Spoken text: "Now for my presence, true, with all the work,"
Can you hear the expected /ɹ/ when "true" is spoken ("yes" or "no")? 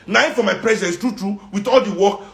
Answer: yes